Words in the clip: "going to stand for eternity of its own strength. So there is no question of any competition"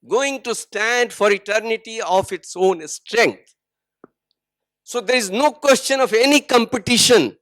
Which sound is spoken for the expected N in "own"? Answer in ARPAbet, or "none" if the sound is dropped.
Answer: N